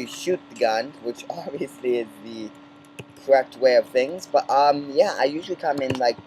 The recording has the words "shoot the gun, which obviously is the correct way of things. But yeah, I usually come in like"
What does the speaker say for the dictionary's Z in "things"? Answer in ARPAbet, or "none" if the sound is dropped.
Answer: Z